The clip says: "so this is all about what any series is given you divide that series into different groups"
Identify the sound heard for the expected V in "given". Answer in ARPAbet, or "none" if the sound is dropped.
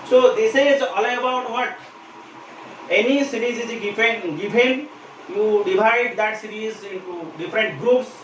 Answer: P